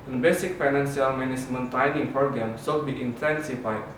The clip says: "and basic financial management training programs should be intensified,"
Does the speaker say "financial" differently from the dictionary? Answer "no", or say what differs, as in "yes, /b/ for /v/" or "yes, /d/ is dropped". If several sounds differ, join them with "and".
yes, /s/ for /ʃ/